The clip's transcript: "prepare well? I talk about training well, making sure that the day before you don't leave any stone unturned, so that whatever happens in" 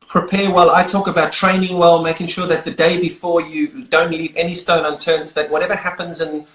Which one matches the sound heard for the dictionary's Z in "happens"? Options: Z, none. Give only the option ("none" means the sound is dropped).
Z